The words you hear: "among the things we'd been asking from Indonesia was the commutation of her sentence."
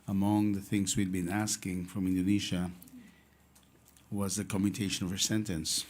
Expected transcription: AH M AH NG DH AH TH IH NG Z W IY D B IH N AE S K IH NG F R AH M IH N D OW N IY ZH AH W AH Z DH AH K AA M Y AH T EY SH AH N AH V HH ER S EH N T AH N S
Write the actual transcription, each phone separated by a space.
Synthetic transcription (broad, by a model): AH M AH NG DH AH TH IH NG Z W IY D B IH N AE S K IH NG F R AH M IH N D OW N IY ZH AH W AH Z DH AH K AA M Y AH T EY SH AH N AH V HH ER S EH N T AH N S